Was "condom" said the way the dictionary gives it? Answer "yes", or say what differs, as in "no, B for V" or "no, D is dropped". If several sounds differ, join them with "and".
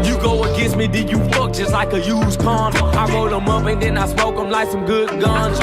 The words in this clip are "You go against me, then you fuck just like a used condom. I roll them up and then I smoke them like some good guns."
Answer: no, M is dropped